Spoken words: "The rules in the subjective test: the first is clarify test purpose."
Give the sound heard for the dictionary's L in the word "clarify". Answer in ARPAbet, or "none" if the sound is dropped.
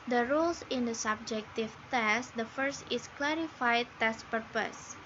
L